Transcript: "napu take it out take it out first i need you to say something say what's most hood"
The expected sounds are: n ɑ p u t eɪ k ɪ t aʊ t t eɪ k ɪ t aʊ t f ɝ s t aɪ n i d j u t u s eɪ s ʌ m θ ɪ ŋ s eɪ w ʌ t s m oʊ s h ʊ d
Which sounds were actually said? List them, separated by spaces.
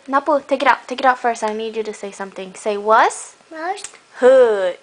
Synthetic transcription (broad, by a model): n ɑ p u t eɪ k ɪ t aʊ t t eɪ k ɪ t aʊ t f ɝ s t aɪ n i d j u t u s eɪ s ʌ m t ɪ ŋ s eɪ w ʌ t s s h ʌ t